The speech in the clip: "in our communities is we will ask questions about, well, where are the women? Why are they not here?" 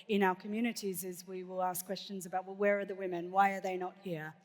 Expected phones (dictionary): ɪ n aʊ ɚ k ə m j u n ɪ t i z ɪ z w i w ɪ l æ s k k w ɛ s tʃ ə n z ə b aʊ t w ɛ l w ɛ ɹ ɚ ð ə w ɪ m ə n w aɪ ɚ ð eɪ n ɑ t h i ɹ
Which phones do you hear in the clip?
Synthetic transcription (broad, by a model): ɪ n aʊ ɚ k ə m j u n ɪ t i z ɪ z w i w ɪ l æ s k k w ɛ s tʃ ə n z ə b aʊ t w ɛ l w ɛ ɹ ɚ ð ə w ɪ m ə n w aɪ ɚ ð eɪ n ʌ t h i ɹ